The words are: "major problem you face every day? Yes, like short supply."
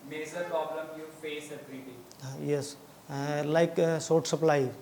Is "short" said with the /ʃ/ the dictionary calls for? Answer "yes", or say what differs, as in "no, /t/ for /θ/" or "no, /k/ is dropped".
no, /s/ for /ʃ/